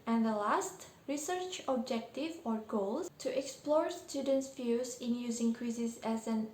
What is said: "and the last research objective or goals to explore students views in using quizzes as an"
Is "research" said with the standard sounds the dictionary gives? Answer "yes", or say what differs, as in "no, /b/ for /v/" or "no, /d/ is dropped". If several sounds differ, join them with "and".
yes